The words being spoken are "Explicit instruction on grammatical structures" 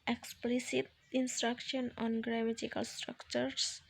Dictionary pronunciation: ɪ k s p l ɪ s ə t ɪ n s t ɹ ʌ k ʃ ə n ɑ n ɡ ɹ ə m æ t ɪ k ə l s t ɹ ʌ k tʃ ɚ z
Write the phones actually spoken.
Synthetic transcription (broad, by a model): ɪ k s p l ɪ s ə t ɪ n s t ɹ ʌ k ʃ ə n ɑ n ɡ ɹ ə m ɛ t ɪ k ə l s t ɹ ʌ k tʃ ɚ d